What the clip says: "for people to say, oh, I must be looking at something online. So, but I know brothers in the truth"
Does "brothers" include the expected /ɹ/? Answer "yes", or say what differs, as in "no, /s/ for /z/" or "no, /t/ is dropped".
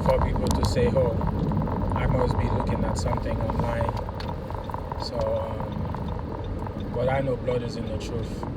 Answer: no, /l/ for /ɹ/